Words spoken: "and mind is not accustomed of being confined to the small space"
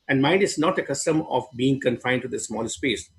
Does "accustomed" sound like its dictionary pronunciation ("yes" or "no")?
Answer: no